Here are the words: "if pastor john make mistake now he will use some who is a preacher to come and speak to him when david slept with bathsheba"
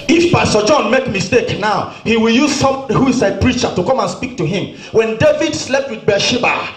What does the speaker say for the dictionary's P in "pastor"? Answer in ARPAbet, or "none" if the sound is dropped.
B